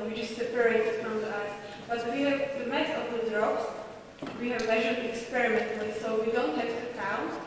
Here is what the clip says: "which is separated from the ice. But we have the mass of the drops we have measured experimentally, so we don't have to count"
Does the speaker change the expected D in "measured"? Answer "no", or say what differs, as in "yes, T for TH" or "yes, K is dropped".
yes, D is dropped